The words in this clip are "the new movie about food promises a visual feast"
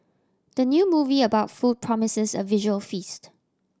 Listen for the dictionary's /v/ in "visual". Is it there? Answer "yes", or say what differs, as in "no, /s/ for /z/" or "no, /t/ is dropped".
yes